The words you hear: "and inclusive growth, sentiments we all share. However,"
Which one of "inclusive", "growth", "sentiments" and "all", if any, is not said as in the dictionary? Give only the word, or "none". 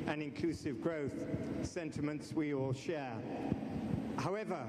none